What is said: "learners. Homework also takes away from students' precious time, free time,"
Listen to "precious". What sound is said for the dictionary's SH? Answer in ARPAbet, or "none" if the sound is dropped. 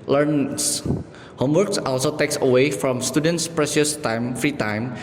S